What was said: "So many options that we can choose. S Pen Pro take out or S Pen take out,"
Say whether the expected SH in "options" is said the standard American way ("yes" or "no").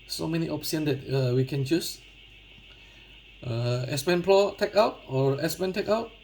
no